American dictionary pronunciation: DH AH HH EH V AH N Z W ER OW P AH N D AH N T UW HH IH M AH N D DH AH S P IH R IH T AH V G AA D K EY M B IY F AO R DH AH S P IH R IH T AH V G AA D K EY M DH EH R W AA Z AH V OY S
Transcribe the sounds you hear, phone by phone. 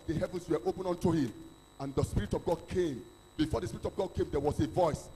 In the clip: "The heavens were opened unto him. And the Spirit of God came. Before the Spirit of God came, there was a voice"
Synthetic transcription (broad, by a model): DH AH HH EH V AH N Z W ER OW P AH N AH N T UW HH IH M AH N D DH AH S P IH R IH T AH V G AA D K EY M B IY F AO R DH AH S P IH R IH T AH V G AA D K EY M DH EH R W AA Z AH V OY S